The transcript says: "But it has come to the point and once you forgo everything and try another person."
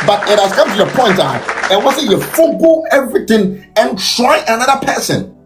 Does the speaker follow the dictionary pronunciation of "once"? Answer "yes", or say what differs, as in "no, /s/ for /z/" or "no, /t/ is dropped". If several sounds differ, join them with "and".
no, /n/ is dropped